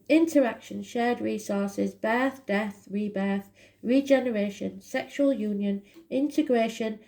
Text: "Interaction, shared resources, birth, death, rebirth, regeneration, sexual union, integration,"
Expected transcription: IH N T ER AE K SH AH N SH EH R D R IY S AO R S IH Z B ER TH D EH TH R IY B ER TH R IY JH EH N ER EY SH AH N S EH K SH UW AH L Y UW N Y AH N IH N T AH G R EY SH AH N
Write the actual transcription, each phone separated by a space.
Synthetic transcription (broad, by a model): IH N T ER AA K SH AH N SH EH D R IY S AO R S IH Z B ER TH D EH TH R IY B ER TH R IY JH EH N ER EY SH AH N S EH K SH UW AH L Y UW N Y AH N IH N T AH G R EY SH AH N